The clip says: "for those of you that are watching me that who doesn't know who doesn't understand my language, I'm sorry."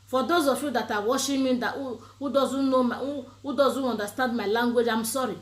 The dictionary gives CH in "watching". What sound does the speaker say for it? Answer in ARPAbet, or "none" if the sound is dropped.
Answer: SH